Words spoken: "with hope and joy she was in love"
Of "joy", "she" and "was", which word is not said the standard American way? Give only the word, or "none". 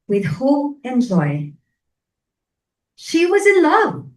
none